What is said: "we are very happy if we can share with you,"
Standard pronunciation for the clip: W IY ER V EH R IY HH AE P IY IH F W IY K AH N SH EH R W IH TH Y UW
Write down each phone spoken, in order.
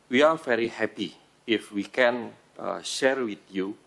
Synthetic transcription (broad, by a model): W IY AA V EH R IY HH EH P IY IH F W IY K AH N SH EH R W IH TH Y UW